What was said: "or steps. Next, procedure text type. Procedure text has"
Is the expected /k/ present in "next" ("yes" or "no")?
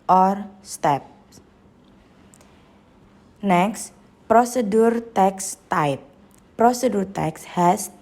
yes